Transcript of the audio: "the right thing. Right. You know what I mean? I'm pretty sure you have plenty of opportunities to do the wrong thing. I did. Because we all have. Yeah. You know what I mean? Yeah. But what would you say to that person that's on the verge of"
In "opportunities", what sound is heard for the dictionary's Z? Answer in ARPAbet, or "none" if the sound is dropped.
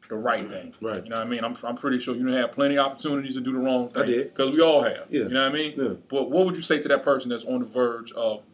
Z